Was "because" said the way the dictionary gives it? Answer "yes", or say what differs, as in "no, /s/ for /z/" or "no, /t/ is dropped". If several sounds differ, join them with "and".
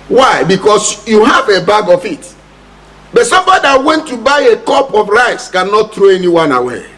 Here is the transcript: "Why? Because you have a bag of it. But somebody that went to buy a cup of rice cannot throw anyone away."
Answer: no, /s/ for /z/